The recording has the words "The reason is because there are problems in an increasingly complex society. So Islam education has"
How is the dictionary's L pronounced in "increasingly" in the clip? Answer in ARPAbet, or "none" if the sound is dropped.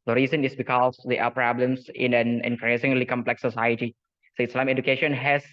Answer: L